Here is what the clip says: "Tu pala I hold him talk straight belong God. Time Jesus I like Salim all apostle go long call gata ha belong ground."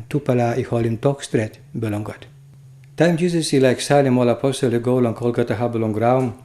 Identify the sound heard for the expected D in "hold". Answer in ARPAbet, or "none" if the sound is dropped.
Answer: none